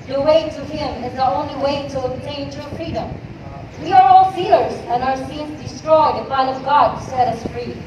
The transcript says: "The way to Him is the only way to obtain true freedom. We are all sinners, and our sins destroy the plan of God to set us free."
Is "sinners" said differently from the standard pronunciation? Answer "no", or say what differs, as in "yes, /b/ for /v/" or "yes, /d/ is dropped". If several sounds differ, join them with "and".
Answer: yes, /l/ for /n/